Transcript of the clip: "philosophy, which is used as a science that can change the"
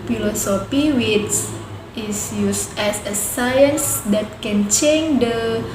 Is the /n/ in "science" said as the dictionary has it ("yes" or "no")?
yes